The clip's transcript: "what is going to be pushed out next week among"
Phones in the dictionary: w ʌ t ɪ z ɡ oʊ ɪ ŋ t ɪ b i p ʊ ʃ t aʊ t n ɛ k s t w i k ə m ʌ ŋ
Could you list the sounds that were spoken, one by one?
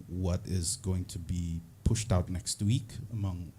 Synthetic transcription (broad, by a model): w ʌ t ɪ z ɡ oʊ ɪ ŋ t ɪ b i p ʊ ʃ t aʊ t n ɛ k s t w i k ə m ʌ ŋ